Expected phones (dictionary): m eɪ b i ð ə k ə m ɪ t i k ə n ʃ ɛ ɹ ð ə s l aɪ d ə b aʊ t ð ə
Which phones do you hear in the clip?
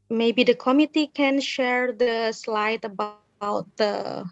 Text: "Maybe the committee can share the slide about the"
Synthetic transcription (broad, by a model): m eɪ b i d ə k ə m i t i k ə n ʃ ɛ ɹ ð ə s l aɪ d ə b aʊ t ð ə